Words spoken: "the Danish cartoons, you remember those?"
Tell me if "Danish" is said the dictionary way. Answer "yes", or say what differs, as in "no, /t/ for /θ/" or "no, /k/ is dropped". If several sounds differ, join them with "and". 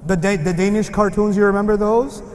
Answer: yes